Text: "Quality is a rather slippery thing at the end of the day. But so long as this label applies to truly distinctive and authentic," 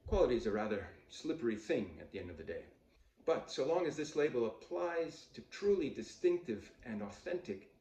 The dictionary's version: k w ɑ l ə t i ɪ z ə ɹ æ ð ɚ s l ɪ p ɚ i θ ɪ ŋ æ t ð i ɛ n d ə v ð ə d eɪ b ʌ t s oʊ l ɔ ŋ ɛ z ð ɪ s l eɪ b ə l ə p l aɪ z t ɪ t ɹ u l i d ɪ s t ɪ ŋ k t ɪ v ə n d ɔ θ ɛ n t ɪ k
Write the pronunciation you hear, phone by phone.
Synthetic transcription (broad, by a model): k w ɑ l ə t i z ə ɹ æ ð ɚ s l ɪ p ɚ i θ ɪ ŋ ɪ t ð i ɛ n d ə v ð ə d eɪ b ʌ t s oʊ l ɔ ŋ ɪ z ð ɪ s l eɪ b l ə p l aɪ z t ɪ t ɹ u l i d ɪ s t ɪ ŋ k t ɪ v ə n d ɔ θ ɛ n t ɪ k